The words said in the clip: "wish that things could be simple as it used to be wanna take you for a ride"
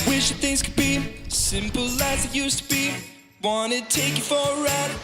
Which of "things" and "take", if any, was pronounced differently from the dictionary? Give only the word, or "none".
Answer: none